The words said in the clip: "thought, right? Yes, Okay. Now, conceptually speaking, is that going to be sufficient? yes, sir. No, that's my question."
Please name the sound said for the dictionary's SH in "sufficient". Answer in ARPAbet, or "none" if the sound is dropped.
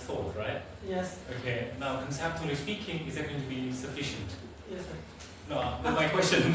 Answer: SH